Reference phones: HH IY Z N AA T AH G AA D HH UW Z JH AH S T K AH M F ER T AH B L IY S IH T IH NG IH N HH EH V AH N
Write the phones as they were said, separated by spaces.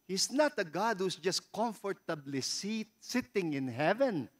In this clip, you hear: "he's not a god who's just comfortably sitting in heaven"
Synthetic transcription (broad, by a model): HH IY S N AA T AH G AA D HH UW S JH AH S T K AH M F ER T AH B L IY S IH T IH NG IH N HH EH V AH N